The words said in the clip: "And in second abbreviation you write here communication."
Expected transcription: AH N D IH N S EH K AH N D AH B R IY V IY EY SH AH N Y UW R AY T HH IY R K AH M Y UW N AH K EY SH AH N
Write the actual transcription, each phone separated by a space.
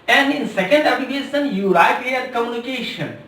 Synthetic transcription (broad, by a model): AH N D IH N S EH K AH N D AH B IY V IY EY S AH N Y UW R AY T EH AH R K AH M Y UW N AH K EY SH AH N